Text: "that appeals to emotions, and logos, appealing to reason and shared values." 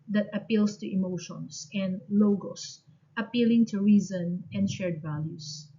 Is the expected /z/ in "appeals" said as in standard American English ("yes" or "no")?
no